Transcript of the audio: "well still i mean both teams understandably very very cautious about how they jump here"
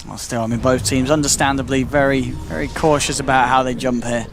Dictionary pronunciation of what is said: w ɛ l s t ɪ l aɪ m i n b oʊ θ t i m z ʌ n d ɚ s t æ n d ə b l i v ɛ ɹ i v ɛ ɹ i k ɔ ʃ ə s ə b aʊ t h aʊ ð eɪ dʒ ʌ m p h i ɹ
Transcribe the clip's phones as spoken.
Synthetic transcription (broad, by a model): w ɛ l s t ɪ l aɪ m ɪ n b oʊ θ t i m z ʌ n d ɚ s t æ n d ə b l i v ɛ ɹ i v ɛ ɹ i k ɔ ʃ ə s ə b aʊ t h aʊ ð eɪ dʒ ʌ m p h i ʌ